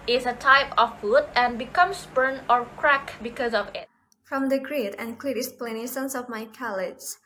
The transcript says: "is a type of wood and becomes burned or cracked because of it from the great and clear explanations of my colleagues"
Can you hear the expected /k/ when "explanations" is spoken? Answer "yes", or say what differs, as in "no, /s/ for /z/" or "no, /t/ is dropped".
no, /k/ is dropped